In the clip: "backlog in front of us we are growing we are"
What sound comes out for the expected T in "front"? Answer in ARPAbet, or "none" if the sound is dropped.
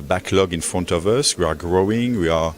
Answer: T